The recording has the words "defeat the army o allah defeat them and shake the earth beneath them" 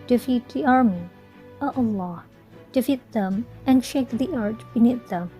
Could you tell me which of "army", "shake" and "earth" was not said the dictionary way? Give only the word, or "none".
earth